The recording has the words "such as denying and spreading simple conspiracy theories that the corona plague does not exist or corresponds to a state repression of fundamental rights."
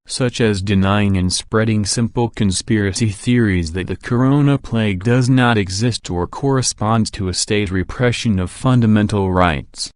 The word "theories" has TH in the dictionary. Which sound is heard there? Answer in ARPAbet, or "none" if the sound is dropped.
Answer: TH